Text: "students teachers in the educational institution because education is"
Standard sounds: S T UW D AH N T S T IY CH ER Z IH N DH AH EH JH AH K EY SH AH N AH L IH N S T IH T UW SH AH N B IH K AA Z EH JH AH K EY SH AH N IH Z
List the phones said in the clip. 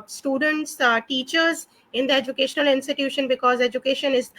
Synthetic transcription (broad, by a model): S T UW D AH N T S T IY CH ER Z IH N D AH EH JH AH K EY SH AH N AH L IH N S T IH T UW SH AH N B IH K AA Z EH JH AH K EY SH AH N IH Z